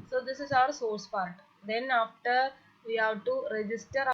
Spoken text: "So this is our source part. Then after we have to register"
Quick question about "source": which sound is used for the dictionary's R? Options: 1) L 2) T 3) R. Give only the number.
3